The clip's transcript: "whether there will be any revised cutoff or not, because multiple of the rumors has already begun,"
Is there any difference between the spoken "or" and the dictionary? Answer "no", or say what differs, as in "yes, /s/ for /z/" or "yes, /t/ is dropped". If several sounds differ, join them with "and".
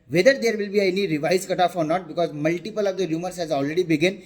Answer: no